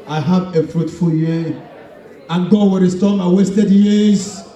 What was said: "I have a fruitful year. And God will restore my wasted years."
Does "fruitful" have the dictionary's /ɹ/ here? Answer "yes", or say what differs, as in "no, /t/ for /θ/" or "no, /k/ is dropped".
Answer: yes